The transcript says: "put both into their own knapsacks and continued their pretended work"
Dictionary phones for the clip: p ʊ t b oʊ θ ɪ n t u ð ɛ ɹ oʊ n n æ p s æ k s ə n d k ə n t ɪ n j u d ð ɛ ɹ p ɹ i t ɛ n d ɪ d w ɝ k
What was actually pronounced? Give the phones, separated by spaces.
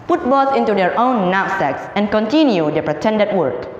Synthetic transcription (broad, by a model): p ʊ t b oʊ s ɪ n t u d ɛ ɹ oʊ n n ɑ s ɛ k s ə n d k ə n t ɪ n j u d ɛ p ɹ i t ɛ n d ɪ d w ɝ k